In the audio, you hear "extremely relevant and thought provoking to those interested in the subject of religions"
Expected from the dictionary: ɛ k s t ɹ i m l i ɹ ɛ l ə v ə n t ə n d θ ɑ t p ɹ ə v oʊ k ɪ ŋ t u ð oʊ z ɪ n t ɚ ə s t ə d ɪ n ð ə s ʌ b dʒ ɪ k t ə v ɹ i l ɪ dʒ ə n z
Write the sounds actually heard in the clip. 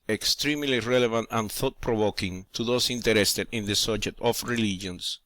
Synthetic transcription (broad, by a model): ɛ k s t ɹ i m l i ɹ ɛ l ə v ə n t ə n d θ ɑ t p ɹ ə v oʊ k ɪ ŋ t u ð oʊ s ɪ n t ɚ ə s t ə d ɪ n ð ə s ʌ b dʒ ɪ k t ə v ɹ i l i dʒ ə n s